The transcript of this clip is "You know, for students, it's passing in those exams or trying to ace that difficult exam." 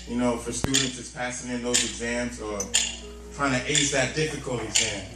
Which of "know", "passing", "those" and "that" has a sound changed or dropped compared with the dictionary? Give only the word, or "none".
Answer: none